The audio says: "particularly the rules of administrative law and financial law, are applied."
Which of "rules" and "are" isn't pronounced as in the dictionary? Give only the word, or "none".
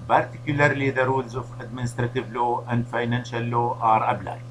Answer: none